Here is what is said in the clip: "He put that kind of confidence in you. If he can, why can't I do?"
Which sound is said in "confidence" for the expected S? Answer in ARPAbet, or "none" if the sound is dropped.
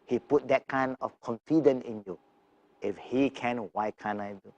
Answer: none